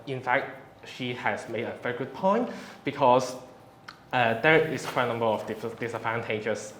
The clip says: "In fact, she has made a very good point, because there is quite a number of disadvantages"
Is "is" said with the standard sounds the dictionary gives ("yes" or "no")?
no